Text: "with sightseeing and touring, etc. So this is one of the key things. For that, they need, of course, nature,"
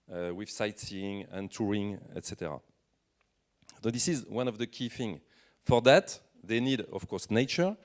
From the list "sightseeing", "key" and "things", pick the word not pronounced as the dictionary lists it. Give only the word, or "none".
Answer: things